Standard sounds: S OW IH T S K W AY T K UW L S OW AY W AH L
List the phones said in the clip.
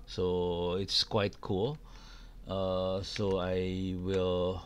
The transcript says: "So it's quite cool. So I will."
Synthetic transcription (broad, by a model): S OW IH T S K W AY T K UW L S OW AY W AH L